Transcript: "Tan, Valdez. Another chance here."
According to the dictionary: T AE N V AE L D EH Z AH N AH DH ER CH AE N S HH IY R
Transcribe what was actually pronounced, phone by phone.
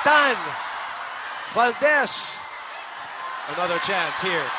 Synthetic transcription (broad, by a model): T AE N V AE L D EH S AH N AH DH ER CH AE N S HH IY R